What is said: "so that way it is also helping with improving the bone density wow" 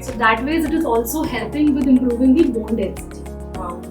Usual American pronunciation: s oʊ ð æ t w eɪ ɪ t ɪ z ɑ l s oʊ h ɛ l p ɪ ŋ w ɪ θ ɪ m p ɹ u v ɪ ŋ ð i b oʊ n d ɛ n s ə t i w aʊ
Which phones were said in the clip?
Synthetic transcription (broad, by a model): s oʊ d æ t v eɪ ɪ t ɪ z ɑ l s oʊ h ɛ l p ɪ ŋ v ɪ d ɪ m p ɹ u v ɪ ŋ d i b oʊ n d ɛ s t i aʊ